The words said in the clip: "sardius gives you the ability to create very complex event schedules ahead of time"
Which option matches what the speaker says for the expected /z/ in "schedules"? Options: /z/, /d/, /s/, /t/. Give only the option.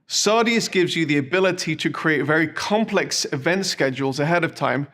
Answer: /z/